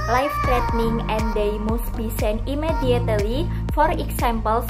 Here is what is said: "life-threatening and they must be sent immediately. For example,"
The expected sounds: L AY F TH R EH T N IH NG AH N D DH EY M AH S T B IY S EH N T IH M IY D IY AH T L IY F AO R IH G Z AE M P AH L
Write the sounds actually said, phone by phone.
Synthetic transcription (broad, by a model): L AY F T R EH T N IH NG AH N D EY M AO S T B IY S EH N IH M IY D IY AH T L IY F AO R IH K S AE M P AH L